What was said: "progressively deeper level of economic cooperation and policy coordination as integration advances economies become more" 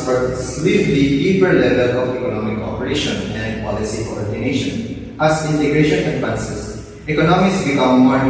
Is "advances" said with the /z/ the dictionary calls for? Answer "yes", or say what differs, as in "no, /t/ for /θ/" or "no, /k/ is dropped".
no, /s/ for /z/